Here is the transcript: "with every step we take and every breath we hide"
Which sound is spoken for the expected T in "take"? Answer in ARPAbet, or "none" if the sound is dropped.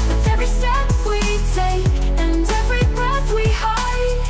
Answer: S